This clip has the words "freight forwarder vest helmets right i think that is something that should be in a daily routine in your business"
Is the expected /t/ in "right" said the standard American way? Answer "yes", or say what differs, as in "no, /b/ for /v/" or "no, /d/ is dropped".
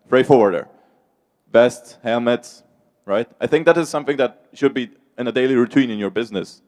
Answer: yes